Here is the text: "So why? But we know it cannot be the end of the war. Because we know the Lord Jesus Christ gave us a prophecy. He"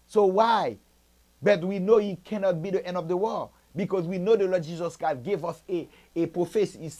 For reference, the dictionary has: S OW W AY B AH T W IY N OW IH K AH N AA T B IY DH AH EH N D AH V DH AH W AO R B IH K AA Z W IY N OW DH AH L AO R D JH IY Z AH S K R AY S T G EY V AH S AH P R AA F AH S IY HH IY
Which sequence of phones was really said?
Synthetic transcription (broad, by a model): S OW W AY B AH T W IY N OW IH K AH N AA T B IY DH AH EH N D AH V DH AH W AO L B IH K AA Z W IY N OW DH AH L AO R D JH IY Z AH S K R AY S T G EY V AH S AH P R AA F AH S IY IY